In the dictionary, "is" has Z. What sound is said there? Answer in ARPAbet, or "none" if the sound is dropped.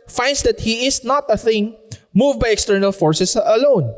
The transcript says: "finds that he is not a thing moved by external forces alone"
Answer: S